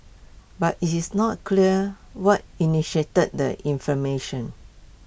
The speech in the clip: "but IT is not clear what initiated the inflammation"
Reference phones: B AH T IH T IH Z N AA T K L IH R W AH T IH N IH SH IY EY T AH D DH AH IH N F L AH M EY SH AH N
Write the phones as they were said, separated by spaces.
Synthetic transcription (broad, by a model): B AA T IH T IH S N AA T K L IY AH W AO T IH N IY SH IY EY T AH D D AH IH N F AH M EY SH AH N